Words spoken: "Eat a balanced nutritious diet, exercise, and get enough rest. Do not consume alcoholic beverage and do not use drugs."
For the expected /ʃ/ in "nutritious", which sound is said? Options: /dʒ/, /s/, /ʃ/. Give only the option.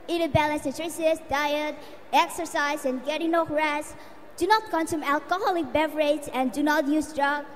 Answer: /s/